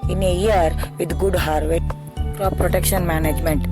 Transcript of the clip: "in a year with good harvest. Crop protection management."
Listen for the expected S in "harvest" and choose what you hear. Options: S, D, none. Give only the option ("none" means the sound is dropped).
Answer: none